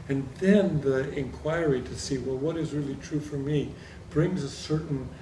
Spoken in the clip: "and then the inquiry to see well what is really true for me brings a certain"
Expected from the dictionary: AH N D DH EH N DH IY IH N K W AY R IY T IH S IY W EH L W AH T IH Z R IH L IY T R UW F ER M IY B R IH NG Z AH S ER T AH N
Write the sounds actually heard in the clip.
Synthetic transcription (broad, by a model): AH N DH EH N DH IY IH N K W AY R IY T IH S IY W EH L W AH T IH Z R IH L IY T R UW F ER M IY B R IH NG Z AH S ER T N